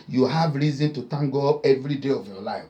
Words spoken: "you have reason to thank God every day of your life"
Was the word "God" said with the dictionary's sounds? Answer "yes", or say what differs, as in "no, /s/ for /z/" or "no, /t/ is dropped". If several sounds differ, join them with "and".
no, /d/ is dropped